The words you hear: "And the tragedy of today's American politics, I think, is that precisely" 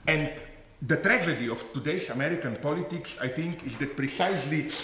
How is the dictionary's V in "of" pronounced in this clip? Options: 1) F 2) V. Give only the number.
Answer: 1